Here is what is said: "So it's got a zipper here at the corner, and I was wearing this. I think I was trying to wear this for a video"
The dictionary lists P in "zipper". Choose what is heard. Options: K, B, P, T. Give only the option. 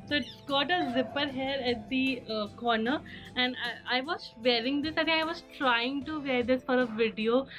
P